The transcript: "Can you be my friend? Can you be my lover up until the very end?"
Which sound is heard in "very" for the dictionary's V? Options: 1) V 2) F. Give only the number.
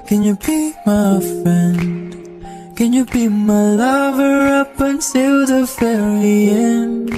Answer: 2